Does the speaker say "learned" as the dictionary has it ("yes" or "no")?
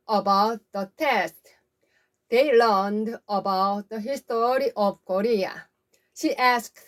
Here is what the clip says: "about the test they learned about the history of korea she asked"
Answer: yes